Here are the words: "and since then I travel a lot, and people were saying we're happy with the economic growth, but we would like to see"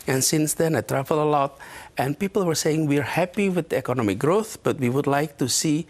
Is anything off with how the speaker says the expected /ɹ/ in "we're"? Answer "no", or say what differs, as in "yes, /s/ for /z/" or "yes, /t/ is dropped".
no